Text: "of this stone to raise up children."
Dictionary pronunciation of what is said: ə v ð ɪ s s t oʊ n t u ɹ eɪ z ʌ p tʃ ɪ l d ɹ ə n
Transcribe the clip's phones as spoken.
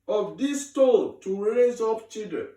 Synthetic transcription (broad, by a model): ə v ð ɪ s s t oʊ l t u ɹ eɪ z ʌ p tʃ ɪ l d ɹ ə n